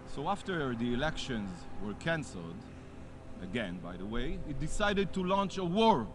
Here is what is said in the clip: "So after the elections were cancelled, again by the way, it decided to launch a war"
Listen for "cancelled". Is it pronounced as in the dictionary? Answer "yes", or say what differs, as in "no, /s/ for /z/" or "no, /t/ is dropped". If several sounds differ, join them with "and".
yes